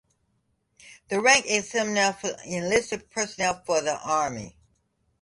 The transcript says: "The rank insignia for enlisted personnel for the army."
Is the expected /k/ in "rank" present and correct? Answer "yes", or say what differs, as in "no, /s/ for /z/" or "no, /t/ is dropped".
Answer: yes